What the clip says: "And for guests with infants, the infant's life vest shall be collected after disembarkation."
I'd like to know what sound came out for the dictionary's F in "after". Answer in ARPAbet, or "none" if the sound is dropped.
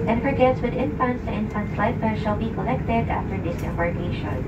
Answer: F